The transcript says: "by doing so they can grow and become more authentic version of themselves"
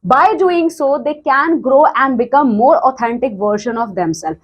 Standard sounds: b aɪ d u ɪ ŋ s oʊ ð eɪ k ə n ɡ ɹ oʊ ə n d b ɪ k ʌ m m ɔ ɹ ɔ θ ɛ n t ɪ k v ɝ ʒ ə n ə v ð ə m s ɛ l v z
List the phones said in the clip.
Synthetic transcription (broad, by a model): b aɪ d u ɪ ŋ s oʊ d eɪ k ə n ɡ ɹ oʊ ə n d b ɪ k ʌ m m ɔ ɹ ɔ t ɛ n t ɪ k v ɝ ʃ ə n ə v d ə m s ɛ l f